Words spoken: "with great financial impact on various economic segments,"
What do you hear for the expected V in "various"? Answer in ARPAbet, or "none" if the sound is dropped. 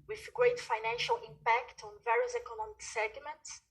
V